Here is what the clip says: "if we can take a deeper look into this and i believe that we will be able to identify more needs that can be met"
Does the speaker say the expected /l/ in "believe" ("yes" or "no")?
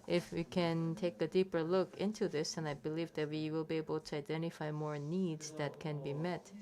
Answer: yes